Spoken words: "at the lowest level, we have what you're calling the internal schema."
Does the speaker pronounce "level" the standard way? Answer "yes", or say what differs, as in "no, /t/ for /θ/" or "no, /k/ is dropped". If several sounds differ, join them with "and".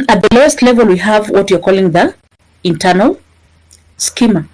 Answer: yes